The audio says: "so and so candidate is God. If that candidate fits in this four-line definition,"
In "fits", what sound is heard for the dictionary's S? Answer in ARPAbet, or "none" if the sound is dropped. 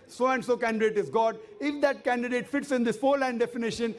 S